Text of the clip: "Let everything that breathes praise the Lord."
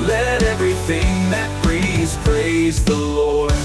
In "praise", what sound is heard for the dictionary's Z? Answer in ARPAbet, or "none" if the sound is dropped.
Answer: Z